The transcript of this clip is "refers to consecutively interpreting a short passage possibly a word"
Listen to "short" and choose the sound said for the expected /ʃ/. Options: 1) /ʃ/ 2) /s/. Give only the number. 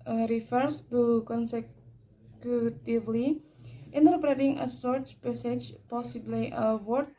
2